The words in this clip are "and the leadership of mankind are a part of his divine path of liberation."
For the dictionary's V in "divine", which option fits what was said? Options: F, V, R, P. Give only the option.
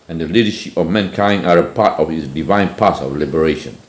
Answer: V